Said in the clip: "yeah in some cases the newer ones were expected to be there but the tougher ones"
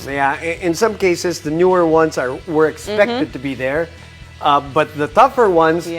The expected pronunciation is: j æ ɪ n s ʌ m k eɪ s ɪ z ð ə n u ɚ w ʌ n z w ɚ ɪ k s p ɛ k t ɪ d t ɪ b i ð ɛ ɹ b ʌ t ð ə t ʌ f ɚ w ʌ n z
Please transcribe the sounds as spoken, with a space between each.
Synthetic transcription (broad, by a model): j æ ɪ n s ʌ m k eɪ s ɪ z ð ə n u ɚ w ʌ n z w ɚ ɪ k s p ɛ k t ɪ d t ɪ b i ð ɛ ɹ b ʌ t ð ə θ ʌ f ɚ w ʌ n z